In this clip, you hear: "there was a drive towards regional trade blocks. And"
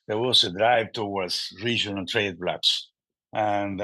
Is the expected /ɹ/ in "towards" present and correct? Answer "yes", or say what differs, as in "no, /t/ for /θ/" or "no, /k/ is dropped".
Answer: no, /w/ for /ɹ/